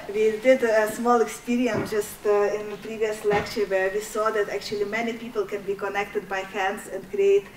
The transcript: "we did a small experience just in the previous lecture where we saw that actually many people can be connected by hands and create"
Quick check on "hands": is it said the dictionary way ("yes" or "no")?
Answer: no